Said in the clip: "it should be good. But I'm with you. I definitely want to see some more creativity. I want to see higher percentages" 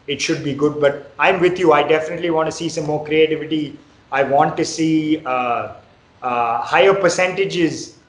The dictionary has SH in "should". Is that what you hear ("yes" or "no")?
yes